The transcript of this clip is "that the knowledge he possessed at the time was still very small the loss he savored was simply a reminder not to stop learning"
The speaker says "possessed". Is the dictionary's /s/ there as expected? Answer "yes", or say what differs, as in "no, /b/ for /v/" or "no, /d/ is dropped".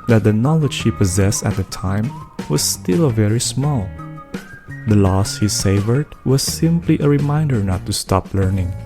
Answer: yes